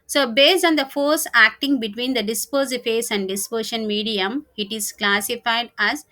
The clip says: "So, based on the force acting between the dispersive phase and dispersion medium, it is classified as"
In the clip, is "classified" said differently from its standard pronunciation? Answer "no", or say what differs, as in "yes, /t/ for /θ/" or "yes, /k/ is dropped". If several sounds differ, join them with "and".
no